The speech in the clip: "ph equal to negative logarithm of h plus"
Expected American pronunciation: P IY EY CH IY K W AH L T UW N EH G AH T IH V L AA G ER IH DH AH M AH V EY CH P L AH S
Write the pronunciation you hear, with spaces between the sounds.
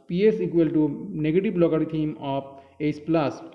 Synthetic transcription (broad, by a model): P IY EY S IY K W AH L T UW N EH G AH T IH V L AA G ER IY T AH M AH P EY S P L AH S